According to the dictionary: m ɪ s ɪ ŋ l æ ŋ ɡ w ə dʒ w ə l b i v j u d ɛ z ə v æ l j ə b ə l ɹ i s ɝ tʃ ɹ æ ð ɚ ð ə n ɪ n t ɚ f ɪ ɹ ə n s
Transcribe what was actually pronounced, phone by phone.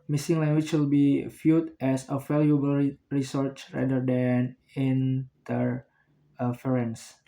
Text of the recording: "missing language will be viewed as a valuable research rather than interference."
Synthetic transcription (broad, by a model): m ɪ s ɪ ŋ l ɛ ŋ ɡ w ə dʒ w ə l b i f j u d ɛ s ə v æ l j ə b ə l ɹ i s ɝ tʃ ɹ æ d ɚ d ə n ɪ n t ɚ f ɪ ɹ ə n s